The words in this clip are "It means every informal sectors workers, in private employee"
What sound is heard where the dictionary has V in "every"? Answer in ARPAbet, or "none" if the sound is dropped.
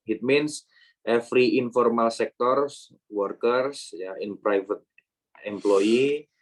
F